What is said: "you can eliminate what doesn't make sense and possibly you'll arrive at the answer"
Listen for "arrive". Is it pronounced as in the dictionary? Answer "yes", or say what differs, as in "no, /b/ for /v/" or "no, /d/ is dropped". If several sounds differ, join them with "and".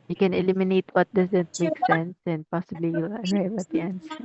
no, /w/ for /v/